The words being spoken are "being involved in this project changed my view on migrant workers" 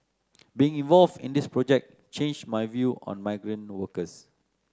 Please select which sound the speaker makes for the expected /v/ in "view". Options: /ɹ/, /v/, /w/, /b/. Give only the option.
/v/